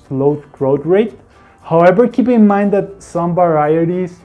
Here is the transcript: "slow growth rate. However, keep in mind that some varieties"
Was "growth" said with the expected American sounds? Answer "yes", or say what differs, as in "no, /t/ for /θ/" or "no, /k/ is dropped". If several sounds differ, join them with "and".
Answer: no, /t/ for /θ/